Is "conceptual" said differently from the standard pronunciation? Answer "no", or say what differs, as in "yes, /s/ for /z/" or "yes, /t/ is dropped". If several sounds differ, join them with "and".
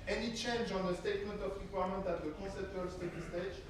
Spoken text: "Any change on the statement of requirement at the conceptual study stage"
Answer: yes, /n/ is dropped